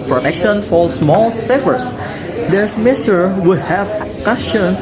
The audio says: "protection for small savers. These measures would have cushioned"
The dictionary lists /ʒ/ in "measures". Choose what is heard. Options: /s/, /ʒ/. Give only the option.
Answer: /s/